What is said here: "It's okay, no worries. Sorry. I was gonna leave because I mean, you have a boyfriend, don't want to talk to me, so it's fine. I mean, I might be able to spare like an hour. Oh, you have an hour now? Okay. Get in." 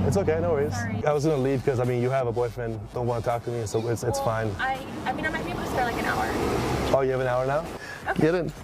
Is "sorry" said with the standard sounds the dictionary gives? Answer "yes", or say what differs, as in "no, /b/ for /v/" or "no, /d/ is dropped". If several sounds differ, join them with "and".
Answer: no, /ɹ/ is dropped